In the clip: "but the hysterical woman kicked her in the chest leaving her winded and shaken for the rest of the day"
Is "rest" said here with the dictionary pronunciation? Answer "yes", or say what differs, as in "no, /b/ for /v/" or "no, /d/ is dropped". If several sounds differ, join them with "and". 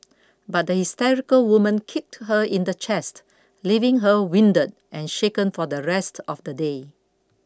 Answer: yes